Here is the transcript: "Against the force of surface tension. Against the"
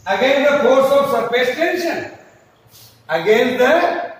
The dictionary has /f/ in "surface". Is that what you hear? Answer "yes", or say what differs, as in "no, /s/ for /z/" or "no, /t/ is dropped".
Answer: no, /p/ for /f/